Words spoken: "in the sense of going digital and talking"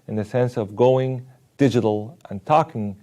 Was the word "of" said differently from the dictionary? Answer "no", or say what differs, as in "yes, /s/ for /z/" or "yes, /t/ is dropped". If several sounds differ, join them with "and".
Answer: no